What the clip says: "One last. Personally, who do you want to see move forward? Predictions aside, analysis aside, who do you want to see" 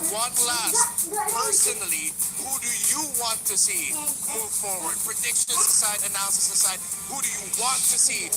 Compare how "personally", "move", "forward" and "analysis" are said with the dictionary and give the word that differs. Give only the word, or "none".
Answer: analysis